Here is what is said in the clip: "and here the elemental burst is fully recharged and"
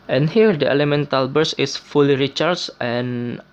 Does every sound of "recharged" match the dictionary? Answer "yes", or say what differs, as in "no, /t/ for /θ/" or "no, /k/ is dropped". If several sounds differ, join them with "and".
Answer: no, /d/ is dropped